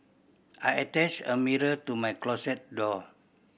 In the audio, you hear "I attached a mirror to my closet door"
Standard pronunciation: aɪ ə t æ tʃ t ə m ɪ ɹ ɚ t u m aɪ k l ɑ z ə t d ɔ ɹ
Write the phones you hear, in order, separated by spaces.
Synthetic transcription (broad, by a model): aɪ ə t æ tʃ ə m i ɹ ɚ t u m aɪ k l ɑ s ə t d ɔ